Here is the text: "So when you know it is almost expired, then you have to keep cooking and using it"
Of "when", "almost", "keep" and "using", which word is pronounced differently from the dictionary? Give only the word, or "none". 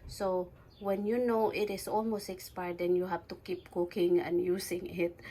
using